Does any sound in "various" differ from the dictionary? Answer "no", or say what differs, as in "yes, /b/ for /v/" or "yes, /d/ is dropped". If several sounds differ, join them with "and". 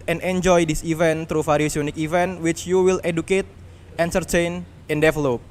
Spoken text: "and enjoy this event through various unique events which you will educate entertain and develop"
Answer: yes, /f/ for /v/